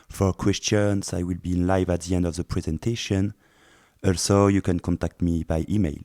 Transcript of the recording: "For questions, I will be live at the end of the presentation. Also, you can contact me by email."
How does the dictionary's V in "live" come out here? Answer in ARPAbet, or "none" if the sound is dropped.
V